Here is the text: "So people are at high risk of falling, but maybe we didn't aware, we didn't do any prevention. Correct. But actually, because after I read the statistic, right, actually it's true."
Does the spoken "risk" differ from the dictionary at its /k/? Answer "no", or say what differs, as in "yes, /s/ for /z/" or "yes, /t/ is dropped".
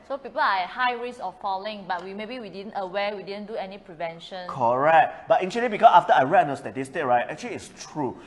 yes, /k/ is dropped